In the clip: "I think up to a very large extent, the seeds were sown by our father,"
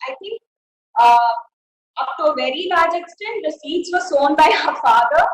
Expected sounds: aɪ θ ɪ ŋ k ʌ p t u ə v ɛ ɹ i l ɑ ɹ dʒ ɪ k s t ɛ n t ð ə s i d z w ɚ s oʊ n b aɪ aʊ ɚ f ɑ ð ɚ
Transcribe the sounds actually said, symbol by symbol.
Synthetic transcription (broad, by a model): aɪ t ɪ ŋ k ʌ p t u ə v ɛ ɹ i l ɑ ɹ dʒ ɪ k s t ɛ n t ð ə s i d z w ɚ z oʊ n b aɪ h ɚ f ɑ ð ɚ